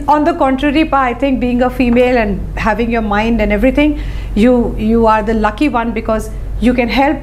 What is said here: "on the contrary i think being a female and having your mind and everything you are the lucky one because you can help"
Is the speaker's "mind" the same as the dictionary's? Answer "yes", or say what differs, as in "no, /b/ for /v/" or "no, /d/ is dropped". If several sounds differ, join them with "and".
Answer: yes